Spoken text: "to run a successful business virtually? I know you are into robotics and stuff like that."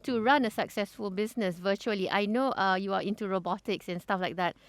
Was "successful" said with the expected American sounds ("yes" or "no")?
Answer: yes